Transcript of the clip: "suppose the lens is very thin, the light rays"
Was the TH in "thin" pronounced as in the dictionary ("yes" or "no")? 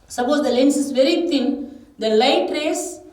no